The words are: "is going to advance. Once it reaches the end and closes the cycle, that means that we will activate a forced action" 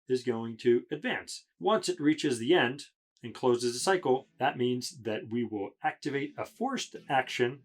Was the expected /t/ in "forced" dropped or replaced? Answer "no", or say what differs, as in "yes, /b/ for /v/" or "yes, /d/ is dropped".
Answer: no